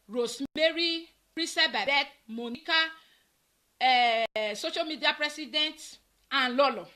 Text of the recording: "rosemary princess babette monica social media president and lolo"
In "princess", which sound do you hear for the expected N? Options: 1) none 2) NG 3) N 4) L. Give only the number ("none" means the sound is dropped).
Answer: 1